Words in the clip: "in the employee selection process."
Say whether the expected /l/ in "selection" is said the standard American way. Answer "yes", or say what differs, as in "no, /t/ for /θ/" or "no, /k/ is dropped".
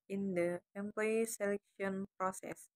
yes